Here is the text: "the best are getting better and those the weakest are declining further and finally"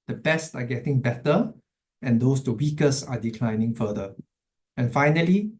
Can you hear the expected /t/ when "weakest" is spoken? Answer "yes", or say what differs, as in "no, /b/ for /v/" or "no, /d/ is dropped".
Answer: no, /t/ is dropped